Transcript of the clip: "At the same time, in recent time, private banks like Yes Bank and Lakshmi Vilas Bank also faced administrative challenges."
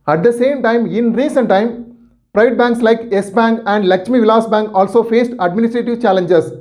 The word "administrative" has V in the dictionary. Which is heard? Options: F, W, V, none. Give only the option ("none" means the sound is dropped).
V